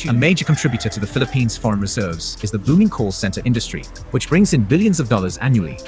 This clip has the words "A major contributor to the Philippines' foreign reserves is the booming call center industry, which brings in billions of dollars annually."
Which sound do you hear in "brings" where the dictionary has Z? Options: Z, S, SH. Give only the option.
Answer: Z